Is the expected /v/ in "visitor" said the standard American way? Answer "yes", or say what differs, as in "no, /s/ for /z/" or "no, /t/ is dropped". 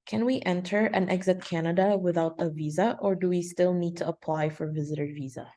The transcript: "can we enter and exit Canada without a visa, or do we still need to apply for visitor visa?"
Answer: yes